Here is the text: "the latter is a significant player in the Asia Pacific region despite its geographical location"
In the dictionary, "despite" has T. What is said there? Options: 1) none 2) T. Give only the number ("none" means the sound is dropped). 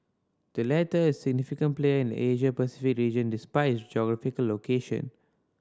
1